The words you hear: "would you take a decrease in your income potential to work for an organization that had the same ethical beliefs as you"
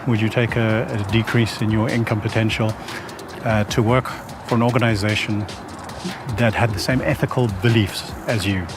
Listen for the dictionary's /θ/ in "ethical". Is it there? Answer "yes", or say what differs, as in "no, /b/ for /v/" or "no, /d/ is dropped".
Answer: yes